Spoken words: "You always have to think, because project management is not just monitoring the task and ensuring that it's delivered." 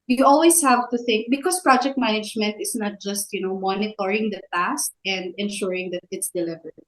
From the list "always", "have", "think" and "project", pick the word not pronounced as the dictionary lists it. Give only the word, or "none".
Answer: always